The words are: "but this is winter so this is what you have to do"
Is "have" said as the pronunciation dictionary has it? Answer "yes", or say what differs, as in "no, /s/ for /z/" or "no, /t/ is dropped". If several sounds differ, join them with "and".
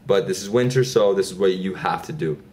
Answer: no, /f/ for /v/